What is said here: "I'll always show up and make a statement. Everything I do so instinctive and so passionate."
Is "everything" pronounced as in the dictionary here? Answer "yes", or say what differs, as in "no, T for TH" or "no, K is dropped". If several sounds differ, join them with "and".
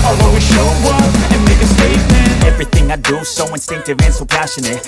yes